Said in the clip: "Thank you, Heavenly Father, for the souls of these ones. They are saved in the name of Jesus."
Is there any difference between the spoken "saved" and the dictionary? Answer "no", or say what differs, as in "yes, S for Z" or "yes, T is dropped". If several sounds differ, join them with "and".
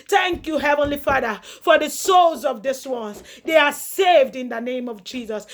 no